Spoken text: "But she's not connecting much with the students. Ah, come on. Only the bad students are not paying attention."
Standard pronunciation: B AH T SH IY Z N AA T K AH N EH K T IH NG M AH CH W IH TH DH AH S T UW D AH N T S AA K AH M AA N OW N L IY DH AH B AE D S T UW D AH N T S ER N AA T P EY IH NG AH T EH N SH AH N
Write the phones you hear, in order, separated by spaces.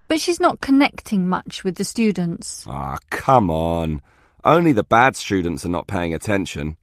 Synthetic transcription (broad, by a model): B AH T SH IY Z N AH T K AH N EH K T IH NG M AH CH W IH DH AH S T UW D N T S AA K AH M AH N OW N L IY DH AH B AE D S T UW D N T S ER N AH T P EY IH NG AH T EH N SH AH N